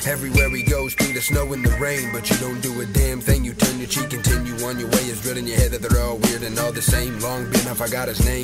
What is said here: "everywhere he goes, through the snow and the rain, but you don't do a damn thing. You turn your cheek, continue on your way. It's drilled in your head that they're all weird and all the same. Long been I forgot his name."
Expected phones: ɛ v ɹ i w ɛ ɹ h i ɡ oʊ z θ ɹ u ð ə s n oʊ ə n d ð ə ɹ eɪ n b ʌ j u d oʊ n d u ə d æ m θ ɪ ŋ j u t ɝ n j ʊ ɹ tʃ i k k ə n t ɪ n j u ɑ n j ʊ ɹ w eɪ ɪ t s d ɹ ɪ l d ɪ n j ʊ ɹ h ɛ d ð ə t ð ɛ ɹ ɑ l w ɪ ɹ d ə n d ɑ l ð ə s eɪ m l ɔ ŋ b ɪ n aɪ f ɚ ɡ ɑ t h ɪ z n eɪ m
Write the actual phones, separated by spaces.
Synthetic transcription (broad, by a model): ɛ v ɹ i w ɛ ɹ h i ɡ oʊ z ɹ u ð ə s n oʊ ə n ð ə ɹ eɪ n b ʌ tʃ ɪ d oʊ n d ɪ ə d æ m θ ɪ ŋ j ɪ t ɝ n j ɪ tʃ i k k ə n t ɪ n j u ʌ n j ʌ ɹ w eɪ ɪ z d ɹ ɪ d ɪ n j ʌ ɹ h ɛ d ð ə t ð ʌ ɹ ɑ l w ɪ ɹ d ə n ɑ l ð ə s eɪ m l ɔ ŋ b ɪ n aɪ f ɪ ɡ ɑ t h ɪ z n eɪ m